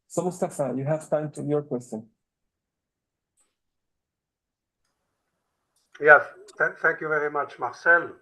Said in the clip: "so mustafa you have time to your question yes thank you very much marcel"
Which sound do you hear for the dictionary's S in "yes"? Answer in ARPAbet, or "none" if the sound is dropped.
TH